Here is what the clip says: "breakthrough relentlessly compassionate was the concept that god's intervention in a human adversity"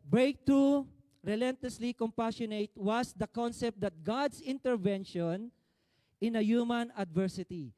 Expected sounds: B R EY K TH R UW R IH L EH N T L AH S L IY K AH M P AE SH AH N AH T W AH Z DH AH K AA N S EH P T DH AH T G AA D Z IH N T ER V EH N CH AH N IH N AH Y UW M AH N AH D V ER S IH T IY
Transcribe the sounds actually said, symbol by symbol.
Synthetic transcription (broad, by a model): B R EY K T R UW R IH L EH N T L AH S L IY K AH M P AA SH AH N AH T W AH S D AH K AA N S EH P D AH T G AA D S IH N T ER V EH N SH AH N IH N AH Y UW M AH N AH D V ER S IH T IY